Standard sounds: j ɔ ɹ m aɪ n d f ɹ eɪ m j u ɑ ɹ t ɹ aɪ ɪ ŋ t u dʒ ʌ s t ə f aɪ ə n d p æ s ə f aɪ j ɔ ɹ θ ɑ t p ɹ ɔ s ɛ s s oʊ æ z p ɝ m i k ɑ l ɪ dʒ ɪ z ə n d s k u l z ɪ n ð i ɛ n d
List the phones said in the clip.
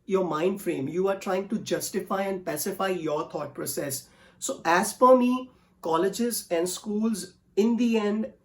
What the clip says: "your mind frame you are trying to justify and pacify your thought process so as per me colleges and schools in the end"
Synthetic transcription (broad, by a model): j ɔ ɹ m aɪ n d f ɹ eɪ m j u ɑ ɹ t ɹ aɪ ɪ ŋ t u dʒ ʌ s t ə f aɪ ə n d p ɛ s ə f aɪ j ɔ ɹ t ɑ t p ɹ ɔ s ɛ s s oʊ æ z f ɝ m i k ɑ l ɪ dʒ ɪ z ə n d s k u l z ɪ n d i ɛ n d